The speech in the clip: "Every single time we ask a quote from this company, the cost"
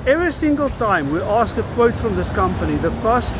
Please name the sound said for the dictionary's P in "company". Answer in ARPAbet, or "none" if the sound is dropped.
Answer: P